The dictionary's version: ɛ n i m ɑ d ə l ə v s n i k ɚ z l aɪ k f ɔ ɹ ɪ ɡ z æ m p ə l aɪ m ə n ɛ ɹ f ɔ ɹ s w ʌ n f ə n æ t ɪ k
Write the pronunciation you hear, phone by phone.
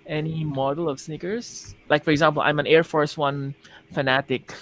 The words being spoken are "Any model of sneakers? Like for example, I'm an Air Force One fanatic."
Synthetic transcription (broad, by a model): ɛ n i m ɑ d ə l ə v s n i k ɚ s l aɪ k f ɔ ɹ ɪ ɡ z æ m p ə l aɪ m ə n ɛ ɹ f ɔ ɹ s w ʌ n f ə n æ t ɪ k